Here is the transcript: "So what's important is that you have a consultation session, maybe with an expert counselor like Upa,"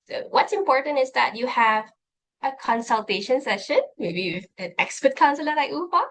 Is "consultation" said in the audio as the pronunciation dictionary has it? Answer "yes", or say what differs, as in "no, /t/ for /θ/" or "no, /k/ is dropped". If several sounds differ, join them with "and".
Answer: yes